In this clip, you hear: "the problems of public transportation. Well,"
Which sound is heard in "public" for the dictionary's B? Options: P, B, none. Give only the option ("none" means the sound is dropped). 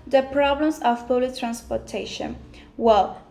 none